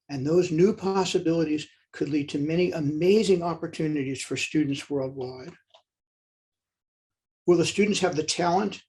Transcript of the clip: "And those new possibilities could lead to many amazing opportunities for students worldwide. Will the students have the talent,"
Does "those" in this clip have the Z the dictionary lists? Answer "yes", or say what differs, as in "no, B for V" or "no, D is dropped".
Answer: yes